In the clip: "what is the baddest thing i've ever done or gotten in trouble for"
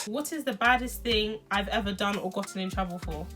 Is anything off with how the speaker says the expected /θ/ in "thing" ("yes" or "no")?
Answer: no